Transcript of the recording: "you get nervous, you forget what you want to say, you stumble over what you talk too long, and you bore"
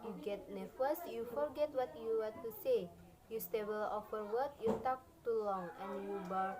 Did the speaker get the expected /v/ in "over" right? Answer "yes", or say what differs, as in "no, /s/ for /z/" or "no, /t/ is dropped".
no, /f/ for /v/